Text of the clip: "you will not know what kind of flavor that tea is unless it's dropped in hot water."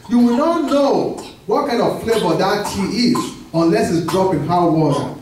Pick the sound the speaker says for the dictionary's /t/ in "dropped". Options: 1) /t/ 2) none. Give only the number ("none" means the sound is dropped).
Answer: 2